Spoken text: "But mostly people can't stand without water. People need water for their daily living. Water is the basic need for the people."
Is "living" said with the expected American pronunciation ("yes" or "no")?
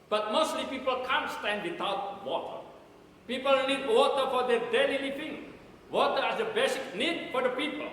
no